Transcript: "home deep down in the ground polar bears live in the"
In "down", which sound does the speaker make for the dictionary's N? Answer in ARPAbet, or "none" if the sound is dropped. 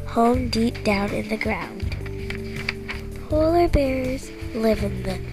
N